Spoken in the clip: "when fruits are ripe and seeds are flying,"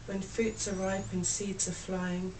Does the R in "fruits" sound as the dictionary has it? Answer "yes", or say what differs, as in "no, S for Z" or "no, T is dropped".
no, R is dropped